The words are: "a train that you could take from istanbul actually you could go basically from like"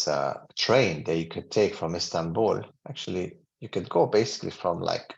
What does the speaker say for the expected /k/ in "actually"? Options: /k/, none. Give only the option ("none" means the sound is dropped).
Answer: /k/